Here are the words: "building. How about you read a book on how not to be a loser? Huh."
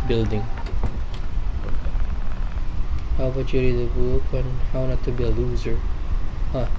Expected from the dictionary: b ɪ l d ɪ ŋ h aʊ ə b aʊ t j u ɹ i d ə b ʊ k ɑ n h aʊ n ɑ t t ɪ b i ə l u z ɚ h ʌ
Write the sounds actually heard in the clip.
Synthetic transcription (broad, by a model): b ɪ l d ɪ ŋ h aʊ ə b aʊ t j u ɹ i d ə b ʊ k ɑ n h aʊ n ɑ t t ɪ b i ə l u z ɚ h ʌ